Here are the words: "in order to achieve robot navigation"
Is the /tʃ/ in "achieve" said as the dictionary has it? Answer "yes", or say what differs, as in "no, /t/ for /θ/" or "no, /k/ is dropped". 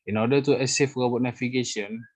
no, /s/ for /tʃ/